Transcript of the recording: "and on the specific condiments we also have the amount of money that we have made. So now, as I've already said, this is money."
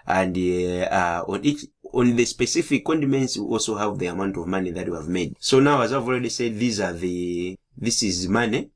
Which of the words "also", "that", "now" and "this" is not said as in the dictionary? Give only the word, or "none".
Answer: none